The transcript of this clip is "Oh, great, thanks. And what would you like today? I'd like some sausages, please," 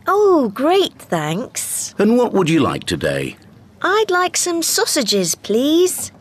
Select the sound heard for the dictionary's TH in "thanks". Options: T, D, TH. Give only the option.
TH